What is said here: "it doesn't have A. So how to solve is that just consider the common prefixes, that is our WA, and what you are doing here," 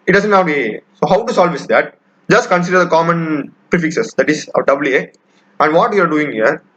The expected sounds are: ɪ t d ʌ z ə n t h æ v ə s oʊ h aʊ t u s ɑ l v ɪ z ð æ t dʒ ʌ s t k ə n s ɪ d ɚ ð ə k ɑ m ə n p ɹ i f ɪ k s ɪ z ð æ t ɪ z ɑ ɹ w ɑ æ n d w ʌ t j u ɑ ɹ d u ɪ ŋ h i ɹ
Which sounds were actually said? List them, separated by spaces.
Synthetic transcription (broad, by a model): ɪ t d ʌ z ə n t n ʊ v ə s oʊ h aʊ t u s ɑ l v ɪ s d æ t dʒ ʌ s t k ə n s ɪ d ɚ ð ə k ɑ m ə n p ɹ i f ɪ k s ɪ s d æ t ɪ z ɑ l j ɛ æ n d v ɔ t j u ɑ ɹ d u ɪ ŋ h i ɹ